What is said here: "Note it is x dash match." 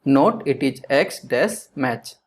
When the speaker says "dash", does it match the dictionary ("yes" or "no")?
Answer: no